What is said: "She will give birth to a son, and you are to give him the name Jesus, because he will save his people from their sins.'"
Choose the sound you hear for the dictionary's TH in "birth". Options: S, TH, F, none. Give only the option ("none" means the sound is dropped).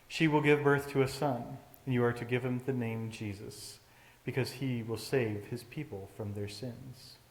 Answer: TH